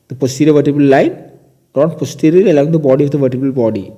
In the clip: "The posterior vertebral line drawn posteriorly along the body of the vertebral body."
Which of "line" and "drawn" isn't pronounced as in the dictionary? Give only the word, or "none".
drawn